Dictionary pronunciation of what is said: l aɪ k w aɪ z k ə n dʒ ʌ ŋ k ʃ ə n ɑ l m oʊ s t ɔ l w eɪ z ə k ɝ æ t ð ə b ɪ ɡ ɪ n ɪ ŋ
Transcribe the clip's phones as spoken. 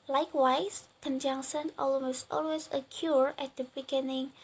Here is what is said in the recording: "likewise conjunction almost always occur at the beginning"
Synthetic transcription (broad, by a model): l aɪ k w aɪ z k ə n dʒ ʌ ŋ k s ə n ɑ l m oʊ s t ɔ l w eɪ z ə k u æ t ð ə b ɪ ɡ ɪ n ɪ ŋ